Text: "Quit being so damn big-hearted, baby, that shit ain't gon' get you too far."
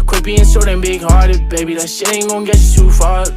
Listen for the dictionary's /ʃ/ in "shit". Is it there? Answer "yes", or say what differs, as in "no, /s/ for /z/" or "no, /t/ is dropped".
no, /s/ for /ʃ/